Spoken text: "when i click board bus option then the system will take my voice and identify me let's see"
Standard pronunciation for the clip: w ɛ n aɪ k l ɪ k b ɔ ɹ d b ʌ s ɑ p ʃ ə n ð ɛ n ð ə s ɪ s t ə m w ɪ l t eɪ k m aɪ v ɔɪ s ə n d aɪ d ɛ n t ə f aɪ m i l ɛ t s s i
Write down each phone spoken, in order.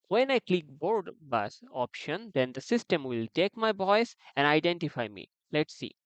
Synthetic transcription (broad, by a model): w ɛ n aɪ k l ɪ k b ɔ ɹ d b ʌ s ɑ p ʃ ə n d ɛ n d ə s ɪ s t ə m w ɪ l t eɪ k m aɪ b ɔɪ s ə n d aɪ d ɛ n t ə f aɪ m i l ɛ t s s i